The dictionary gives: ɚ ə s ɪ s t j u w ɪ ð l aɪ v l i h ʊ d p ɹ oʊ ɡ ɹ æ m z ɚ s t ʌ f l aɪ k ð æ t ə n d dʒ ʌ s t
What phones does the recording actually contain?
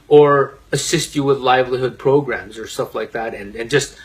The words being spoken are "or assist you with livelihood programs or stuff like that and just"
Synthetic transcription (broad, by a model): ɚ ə s ɪ s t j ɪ w ɪ ð l aɪ v l i h ʊ d p ɹ oʊ ɡ ɹ æ m z ɚ s t ʌ f l aɪ k ð æ t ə n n dʒ ʌ s t